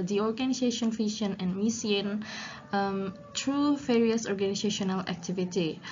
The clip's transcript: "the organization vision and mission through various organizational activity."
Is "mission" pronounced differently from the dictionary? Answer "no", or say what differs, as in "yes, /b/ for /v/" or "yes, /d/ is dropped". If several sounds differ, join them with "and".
yes, /s/ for /ʃ/